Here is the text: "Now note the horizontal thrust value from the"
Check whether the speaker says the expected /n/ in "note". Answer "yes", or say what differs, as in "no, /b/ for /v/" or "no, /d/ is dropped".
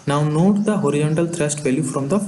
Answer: yes